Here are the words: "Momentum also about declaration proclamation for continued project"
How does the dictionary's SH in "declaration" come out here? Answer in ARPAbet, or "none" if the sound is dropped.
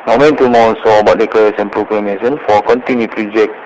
S